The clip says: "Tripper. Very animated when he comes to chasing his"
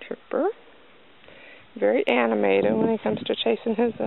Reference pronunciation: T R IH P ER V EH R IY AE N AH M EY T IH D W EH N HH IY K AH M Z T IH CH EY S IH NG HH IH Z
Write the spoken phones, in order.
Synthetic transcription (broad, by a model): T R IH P ER V EH R IY AE N AH M EY T IH D W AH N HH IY K AH M Z T IH CH EY S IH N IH Z